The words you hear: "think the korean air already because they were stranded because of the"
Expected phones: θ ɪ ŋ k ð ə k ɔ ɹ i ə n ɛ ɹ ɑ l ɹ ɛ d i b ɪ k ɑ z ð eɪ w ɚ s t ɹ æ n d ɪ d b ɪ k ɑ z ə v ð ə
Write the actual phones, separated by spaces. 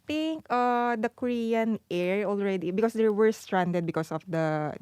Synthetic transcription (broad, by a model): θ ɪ ŋ k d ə k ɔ ɹ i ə n ɛ ɹ ɑ l ɹ ɛ d i b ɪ k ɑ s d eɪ w ɚ s t ɹ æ n d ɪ d b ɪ k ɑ s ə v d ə